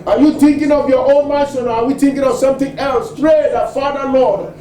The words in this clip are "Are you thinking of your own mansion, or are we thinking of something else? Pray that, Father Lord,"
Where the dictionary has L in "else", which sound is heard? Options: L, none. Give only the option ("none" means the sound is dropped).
L